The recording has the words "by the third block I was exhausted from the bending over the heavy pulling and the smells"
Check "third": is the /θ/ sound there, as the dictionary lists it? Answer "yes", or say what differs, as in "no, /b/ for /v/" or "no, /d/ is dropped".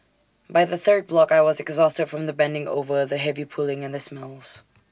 yes